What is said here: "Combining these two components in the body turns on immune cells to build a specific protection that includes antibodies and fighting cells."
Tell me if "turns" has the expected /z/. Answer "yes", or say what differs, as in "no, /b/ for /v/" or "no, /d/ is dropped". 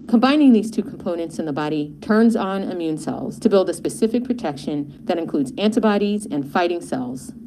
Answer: yes